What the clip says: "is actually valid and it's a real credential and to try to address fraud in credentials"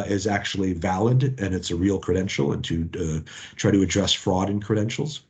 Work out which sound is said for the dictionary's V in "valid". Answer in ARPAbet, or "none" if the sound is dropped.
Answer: V